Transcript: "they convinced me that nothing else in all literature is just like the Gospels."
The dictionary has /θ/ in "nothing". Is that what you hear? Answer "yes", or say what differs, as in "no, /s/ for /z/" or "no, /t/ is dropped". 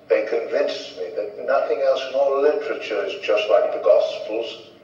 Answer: yes